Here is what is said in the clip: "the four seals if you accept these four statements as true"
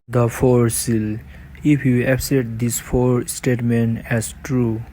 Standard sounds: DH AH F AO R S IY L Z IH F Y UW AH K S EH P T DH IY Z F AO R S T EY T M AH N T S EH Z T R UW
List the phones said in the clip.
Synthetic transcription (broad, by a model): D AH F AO R S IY L IH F Y UW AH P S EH T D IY S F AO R S T EY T M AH N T EH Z T R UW